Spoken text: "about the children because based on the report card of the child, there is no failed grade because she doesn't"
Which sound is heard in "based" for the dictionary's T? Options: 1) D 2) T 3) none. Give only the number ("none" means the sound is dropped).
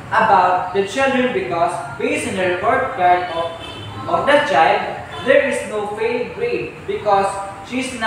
3